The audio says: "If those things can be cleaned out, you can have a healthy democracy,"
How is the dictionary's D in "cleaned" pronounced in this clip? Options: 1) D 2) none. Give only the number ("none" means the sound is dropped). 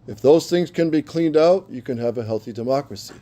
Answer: 1